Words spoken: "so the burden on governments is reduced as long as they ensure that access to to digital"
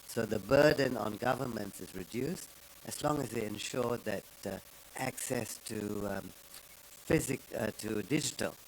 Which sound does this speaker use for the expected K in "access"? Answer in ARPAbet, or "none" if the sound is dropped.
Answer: K